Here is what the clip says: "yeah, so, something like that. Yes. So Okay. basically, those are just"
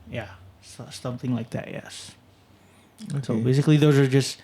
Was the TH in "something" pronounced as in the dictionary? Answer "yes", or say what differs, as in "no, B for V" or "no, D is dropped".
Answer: yes